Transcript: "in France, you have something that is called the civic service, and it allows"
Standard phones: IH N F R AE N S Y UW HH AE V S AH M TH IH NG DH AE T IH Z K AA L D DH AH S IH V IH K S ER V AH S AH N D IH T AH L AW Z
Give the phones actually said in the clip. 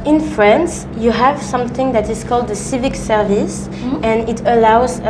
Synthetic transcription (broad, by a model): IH N F R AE N S Y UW HH AE V S AH M TH IH NG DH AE T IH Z K AA L D DH AH S IH V IH K S ER V AH S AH N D IH T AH L AW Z